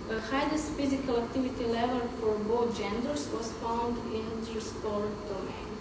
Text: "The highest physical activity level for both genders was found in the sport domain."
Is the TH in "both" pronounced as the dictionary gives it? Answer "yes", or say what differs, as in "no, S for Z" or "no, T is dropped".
no, T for TH